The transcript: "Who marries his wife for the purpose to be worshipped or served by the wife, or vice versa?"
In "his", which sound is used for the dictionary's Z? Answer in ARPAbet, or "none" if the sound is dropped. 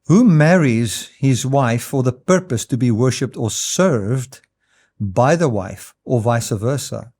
Z